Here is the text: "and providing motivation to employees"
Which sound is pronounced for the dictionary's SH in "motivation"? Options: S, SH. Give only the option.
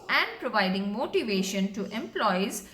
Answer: SH